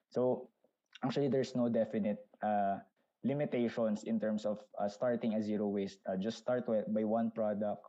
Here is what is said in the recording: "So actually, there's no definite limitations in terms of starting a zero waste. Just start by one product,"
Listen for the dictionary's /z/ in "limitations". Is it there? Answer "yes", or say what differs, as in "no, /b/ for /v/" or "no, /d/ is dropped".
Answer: no, /s/ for /z/